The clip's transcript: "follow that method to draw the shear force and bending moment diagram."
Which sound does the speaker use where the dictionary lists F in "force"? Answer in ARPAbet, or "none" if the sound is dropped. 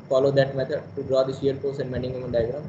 P